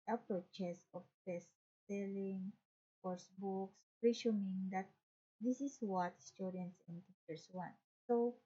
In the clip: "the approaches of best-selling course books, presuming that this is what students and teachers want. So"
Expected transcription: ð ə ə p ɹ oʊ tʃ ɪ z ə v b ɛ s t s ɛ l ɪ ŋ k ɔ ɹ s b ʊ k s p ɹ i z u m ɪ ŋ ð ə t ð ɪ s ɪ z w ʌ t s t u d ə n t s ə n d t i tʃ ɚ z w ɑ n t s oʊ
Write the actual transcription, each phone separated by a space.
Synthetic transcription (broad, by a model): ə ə p ɹ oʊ tʃ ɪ s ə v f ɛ s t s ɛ l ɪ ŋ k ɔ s b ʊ k s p ɹ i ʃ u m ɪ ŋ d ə t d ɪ s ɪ s w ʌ t s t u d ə n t s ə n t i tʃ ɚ s w ɑ n t s oʊ